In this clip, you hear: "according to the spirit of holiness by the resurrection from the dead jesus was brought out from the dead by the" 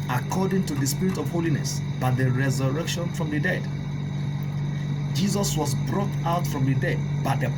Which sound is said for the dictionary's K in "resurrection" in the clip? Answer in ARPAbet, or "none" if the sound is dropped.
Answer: K